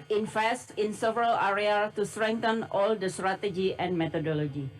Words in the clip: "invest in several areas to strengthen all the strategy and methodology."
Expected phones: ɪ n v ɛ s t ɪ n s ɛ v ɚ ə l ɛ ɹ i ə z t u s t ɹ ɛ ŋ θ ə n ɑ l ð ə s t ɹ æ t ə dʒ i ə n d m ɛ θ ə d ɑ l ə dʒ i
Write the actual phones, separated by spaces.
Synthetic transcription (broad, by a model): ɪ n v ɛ s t ɪ n s ɛ v ɚ ə l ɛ ɹ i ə t u s t ɹ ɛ ŋ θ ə n ɑ l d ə s t ɹ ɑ t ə dʒ i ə n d m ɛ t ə d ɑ l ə dʒ i